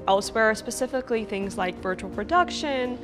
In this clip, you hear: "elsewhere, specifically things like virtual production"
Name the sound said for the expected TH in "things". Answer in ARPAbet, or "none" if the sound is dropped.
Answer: TH